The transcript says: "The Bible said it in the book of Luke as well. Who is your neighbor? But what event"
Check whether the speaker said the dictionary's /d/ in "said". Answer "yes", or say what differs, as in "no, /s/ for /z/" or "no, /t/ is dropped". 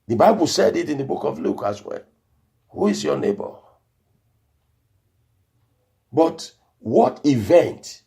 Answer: yes